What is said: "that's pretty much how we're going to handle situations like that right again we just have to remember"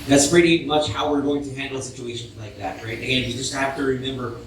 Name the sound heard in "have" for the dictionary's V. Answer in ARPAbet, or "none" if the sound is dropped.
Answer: F